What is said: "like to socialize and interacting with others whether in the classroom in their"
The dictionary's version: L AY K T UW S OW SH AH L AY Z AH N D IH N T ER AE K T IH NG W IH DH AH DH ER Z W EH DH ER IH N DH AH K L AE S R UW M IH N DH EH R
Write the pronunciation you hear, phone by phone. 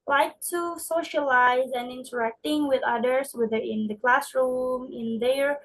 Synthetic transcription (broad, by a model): L AY K T UW S OW SH AH L AY Z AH N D IH N T ER AE K T IH NG W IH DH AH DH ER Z W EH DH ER IH N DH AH K L AE S R UW M IH N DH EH R